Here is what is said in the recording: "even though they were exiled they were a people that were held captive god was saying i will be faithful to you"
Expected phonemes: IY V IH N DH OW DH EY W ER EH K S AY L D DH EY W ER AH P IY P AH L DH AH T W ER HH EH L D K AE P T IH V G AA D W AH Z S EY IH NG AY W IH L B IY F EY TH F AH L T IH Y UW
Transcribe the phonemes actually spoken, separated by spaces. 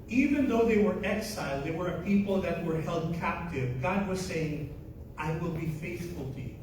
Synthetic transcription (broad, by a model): IY V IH N DH OW DH EY W ER EH K S AY L D DH EY W ER AH P IY P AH L DH AH T W ER HH EH L D K AE P T IH V G AA D W AH Z S EY IH NG AY W IH L B IY F EY TH F AH L T IH Y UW